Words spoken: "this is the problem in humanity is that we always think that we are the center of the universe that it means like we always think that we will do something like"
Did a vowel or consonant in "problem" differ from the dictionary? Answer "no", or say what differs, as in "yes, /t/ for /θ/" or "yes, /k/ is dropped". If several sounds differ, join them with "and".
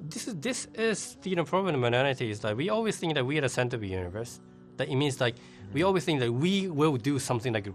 yes, /n/ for /l/